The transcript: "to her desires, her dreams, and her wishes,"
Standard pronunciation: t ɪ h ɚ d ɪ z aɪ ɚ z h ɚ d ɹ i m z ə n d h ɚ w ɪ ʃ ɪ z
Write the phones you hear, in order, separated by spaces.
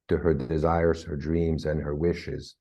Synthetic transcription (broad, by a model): t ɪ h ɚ d ɪ z aɪ ɚ z h ɚ d ɹ i m z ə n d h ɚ w ɪ ʃ ɪ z